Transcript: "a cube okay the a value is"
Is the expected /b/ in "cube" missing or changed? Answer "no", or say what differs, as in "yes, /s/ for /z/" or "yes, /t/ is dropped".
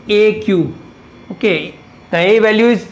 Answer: yes, /b/ is dropped